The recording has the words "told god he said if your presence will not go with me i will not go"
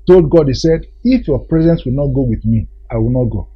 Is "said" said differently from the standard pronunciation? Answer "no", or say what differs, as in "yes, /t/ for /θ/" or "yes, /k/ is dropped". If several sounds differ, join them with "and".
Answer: no